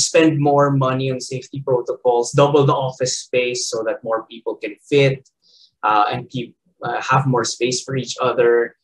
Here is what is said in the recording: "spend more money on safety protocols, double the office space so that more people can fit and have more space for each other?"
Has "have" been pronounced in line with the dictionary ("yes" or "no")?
yes